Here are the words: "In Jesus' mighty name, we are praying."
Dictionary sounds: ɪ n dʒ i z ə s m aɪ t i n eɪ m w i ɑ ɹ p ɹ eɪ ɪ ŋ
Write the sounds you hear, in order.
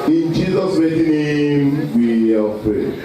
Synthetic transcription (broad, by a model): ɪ n dʒ i z ə s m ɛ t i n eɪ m w i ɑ l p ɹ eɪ